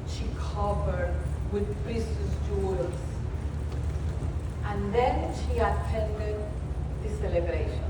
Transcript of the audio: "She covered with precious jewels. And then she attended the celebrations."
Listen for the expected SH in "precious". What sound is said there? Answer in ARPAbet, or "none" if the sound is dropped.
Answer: S